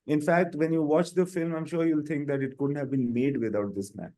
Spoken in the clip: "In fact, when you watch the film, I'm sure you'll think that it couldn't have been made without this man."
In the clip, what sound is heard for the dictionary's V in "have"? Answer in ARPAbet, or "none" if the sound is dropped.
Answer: V